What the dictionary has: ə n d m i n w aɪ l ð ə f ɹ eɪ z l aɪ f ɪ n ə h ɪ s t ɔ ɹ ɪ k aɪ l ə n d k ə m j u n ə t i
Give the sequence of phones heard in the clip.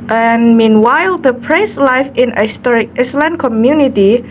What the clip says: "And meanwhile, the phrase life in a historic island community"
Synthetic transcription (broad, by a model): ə n m i n w aɪ l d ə p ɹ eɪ s l aɪ f ɪ n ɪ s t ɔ ɹ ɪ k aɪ l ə n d k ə m j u n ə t i